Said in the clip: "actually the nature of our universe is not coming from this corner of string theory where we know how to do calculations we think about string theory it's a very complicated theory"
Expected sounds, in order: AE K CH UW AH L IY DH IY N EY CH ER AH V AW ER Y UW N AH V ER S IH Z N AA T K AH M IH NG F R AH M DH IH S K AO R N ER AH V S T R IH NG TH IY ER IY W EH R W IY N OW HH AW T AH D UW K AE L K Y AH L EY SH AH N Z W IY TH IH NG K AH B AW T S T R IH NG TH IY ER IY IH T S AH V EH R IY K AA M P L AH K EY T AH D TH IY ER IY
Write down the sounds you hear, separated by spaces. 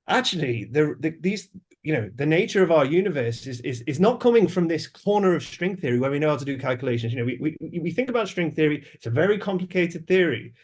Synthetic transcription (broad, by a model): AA K CH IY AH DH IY DH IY N EY CH ER AH V AW ER Y UW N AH V ER S IH Z N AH T K AH M IH NG F R AH M DH IH S K AO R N ER AH V S T R IH NG TH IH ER IY W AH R W IY N OW HH AW T AH D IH K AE L K Y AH L EY SH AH N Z W IY TH IH NG K AH B AW T S T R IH NG TH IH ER IY IH T S AH V EH R IY K AA M P L AH K EY T AH D TH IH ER IY